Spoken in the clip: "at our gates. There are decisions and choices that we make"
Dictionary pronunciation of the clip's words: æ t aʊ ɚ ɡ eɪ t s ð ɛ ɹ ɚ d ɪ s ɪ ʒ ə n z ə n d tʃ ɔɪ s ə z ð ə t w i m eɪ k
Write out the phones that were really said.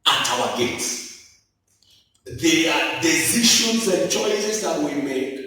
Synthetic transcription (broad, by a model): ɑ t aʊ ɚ ɡ eɪ t s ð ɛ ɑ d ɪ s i ʃ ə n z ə n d tʃ ɔɪ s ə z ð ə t w i m eɪ k